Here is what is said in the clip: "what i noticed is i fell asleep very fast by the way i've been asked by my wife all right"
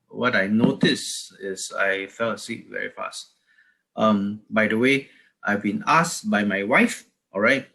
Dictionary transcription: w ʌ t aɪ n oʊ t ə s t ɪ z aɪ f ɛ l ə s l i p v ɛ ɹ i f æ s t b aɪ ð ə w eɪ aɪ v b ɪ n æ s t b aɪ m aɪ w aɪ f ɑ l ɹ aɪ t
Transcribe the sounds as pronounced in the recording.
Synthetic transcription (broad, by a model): w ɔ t aɪ n oʊ t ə s ɪ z aɪ f ɛ l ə s i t v ɛ ɹ i f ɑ s t b aɪ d ə w eɪ aɪ v b ɪ n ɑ s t b aɪ m aɪ w aɪ f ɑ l ɹ aɪ t